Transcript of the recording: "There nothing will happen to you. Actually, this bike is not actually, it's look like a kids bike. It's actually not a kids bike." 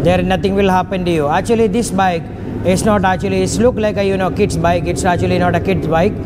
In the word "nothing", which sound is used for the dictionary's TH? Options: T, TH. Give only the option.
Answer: T